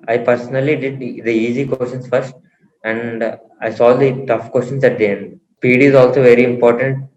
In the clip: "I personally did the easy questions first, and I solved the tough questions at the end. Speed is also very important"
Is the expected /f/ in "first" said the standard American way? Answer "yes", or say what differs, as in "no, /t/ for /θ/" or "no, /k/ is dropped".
yes